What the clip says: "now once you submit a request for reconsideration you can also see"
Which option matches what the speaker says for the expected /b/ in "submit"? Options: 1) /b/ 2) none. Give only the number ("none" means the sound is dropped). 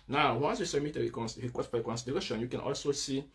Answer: 2